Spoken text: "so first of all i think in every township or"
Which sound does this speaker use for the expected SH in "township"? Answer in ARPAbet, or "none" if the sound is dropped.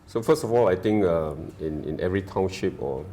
SH